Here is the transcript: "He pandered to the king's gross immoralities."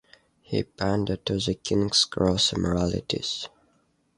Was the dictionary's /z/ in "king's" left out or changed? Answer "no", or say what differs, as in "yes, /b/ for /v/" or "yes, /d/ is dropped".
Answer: yes, /s/ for /z/